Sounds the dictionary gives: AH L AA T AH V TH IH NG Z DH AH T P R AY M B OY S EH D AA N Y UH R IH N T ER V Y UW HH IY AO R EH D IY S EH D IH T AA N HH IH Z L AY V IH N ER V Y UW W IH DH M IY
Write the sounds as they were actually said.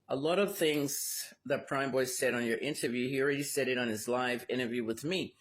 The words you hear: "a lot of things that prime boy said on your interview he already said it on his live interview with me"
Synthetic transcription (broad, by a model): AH L AA T AH V TH IH NG Z DH AH T P R AY M B OY S EH D N Y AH R IH N T ER V Y UW HH IY R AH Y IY S EH D IH T N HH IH Z L AY V IH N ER V Y UW W IH DH M IY